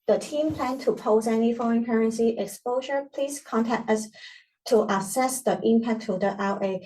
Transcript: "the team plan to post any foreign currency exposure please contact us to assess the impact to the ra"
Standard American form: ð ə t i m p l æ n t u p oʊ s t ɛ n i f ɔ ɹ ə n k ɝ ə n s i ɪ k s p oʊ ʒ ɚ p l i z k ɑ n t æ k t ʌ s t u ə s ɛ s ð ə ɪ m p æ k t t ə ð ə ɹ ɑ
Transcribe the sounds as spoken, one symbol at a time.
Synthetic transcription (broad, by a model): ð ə t i m p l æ n t u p oʊ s ɛ n i f ɔ ɹ ə n k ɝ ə n s i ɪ k s p oʊ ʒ ɚ p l i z k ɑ n t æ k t ʌ s t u ə s ɛ s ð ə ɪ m p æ k t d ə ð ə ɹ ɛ